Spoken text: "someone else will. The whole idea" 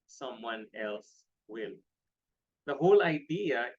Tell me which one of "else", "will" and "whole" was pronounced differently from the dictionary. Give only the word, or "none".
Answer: none